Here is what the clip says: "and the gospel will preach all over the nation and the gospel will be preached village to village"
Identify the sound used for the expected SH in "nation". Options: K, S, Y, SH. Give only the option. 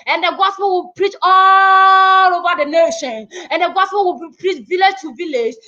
SH